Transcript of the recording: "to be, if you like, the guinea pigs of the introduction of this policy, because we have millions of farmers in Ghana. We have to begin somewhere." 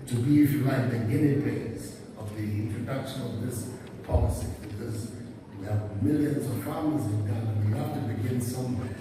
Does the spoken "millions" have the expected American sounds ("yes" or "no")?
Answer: yes